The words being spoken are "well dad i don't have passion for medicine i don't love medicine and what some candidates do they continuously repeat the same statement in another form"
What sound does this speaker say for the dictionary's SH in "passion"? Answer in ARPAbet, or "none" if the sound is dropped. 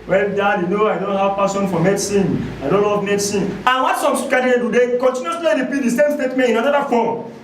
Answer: S